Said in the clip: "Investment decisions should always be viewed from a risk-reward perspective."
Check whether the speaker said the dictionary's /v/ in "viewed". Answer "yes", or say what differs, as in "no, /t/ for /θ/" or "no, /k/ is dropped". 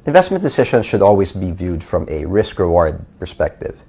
yes